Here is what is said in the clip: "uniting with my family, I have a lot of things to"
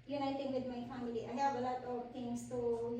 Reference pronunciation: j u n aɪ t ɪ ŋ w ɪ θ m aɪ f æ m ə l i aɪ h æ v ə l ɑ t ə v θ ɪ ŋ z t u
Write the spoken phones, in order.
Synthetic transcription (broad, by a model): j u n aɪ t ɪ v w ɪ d m aɪ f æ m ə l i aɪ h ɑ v ə l ɑ t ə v t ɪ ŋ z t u